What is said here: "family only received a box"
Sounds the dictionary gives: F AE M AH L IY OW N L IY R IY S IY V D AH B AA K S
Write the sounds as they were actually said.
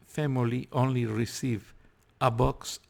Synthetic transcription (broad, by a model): F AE M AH L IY OW N L IY R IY S IY V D AH B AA K S